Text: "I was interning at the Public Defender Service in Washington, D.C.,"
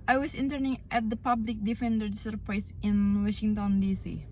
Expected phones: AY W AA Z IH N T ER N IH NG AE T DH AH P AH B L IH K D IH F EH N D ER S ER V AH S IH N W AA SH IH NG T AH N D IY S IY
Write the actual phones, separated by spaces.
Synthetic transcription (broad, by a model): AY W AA S IH N T ER N IH NG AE T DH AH P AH B L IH K D IH F EH N D ER S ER P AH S IH N W AA SH IH NG T AH N D IY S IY